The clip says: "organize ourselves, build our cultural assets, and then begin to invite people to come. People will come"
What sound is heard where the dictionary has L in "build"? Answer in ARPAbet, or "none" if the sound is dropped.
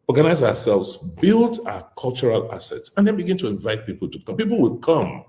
L